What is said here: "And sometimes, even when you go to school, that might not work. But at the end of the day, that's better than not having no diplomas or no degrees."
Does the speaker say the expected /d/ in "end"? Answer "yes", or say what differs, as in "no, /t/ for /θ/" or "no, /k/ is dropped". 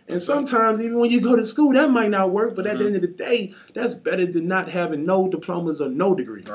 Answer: yes